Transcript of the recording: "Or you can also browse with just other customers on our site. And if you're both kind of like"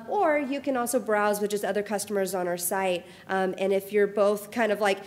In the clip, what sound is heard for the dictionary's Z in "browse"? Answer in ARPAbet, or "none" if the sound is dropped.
Z